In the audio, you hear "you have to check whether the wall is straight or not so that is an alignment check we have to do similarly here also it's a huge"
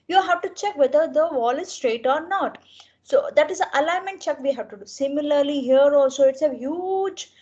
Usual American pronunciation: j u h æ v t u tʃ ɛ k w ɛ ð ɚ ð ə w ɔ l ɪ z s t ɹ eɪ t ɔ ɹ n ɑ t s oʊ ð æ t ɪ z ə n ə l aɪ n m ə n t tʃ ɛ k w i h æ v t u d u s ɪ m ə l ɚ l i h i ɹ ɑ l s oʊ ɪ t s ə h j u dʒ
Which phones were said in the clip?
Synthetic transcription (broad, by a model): j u h æ v t u tʃ ɛ k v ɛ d ɚ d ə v ɔ l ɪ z s t ɹ eɪ t ɔ ɹ n ɑ t s oʊ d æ t ɪ z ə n ə l aɪ n m ə n t tʃ ɛ k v i h æ v t u d u s ɪ m ə l ɚ l i h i ɹ ɑ l s oʊ ɪ t s ə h j u dʒ